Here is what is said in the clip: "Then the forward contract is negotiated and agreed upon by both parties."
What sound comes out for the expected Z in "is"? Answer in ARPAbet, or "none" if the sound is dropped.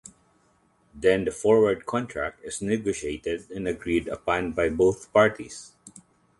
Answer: S